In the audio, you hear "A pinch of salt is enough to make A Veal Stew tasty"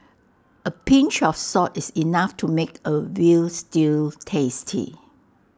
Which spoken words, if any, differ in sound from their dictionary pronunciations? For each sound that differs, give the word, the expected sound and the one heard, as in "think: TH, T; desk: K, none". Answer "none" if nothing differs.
of: V, F; salt: L, none; is: Z, S; veal: V, W